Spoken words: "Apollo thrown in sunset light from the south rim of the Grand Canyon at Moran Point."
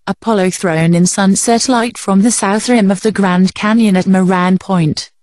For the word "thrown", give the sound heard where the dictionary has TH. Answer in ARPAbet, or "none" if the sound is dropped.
TH